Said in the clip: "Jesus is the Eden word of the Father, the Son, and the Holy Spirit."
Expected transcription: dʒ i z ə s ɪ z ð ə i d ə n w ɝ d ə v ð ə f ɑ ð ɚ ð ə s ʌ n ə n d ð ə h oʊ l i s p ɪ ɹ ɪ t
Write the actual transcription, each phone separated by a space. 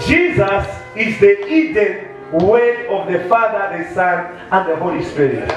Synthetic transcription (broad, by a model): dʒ i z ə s ɪ z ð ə i d ə n w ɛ ə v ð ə f ɑ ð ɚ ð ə s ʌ n ə n d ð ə h oʊ l i s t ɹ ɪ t